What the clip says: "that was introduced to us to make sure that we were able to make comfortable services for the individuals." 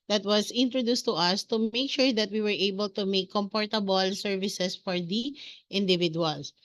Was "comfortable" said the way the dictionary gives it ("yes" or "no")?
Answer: no